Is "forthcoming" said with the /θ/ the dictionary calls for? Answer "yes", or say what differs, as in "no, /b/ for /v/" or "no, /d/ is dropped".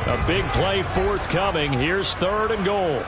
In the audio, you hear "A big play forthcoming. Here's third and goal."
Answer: yes